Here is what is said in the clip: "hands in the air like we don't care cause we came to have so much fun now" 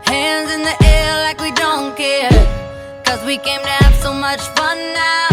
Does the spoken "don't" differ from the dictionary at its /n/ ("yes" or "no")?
no